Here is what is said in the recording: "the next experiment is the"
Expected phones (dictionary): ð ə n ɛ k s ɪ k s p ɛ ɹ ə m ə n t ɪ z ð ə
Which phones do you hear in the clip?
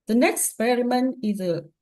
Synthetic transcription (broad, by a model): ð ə n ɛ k k s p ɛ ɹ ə m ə n ɪ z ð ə